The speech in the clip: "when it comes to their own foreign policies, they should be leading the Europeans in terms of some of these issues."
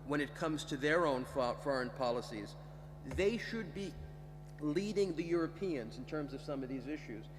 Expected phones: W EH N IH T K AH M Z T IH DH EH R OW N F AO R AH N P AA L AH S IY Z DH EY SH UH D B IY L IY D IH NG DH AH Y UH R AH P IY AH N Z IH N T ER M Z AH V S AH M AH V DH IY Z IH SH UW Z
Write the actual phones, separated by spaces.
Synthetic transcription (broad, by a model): W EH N IH T K AH M Z T IH DH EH R OW N F AO R AH N P AA L AH S IY Z DH EY SH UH D B IY L IY D IH NG DH AH Y UH R AH P IY AH N Z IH N T ER M Z AH V S AH M AH V DH IY Z IH SH UW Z